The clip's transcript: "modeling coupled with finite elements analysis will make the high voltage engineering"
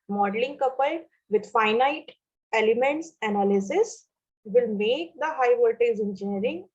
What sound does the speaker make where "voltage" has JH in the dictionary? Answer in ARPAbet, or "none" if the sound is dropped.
Z